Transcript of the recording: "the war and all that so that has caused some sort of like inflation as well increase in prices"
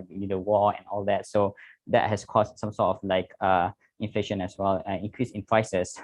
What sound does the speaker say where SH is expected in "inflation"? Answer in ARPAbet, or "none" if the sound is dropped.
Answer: SH